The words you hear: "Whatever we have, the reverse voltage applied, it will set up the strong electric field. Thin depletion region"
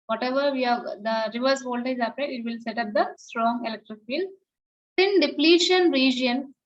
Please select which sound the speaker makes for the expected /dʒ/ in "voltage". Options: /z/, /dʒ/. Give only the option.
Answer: /z/